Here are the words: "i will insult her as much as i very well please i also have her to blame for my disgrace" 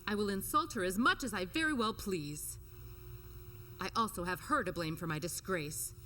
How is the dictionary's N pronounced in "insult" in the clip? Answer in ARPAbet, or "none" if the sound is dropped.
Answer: N